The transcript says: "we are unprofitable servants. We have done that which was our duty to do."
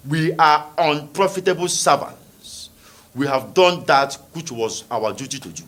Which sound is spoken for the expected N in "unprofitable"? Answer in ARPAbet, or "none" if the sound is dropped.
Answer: N